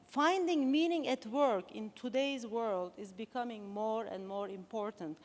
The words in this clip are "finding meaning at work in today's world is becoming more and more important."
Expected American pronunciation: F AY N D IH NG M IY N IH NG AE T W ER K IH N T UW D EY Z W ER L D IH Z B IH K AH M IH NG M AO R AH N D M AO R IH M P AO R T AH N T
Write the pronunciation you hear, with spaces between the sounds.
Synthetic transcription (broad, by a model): F AY N D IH NG M IY N IH NG AE T W ER K IH N T UW D EY Z W ER L D IH Z B IH K AH M IH NG M AO R AH N D M AO R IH M P AO R T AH N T